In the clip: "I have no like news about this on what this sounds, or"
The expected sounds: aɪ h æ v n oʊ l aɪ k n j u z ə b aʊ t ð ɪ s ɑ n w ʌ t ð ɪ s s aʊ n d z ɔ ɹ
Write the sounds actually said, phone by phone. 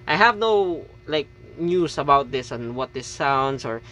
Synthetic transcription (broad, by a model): aɪ h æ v n oʊ l aɪ k n j u s ə b aʊ t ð ɪ s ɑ n w ʌ t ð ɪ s s aʊ n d s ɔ ɹ